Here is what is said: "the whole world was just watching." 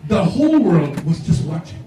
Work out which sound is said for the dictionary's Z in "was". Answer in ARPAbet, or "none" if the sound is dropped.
Z